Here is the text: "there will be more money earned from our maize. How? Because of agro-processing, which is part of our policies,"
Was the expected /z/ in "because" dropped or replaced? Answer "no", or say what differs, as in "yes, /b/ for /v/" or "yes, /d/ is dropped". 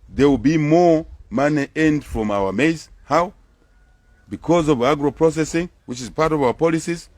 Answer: no